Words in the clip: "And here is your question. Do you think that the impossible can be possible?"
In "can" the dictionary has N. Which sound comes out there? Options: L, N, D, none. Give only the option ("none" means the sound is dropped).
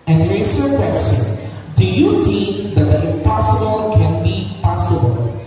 N